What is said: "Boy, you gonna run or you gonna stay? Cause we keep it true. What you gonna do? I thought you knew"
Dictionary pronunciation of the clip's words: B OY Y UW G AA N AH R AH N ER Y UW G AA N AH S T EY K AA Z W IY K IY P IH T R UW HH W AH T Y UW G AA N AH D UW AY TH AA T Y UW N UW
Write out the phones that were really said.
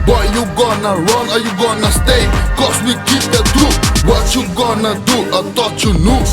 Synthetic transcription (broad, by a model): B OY Y UW G AA N AH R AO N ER Y UW G AA N AH S T EY K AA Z W IY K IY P IH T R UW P W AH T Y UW G AA N AH D UW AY T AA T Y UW N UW